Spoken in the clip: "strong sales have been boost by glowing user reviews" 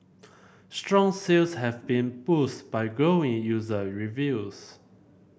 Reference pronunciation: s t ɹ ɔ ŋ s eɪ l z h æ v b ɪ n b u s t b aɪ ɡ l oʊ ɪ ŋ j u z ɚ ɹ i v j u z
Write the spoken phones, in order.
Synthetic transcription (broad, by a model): s t ɹ ɔ ŋ s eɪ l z h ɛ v b ɪ n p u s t b aɪ ɡ oʊ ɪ ŋ j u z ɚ ɹ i v j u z